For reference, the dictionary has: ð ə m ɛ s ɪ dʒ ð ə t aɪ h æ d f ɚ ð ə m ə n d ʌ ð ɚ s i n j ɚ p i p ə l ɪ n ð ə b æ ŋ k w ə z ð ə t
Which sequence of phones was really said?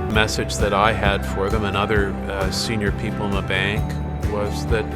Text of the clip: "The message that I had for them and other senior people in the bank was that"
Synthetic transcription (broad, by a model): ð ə m ɛ s ɪ dʒ ð ə t aɪ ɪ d f ɚ ð ə m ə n ʌ ð ɚ s i n j ɚ p i p l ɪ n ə b æ ŋ k w ə z ð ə t